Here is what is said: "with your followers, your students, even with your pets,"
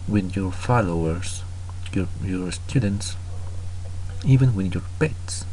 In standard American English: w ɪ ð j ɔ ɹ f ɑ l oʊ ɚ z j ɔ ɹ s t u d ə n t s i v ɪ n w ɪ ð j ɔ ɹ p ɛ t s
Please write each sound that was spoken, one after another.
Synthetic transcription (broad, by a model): w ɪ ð j ɔ ɹ f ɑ l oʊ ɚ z j ɔ ɹ s t u d ə n t s i v ɪ n w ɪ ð j ɔ ɹ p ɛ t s